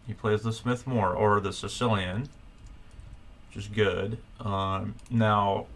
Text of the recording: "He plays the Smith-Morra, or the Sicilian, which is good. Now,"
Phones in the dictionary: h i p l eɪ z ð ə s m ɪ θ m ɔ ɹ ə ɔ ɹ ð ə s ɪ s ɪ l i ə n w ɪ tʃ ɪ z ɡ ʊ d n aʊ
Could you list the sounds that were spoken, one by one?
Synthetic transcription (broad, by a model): h i p l eɪ z ð ə s m ɪ θ m ɔ ɹ ə ɹ ð ə s ɪ s ɪ l i ə n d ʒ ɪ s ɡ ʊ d n aʊ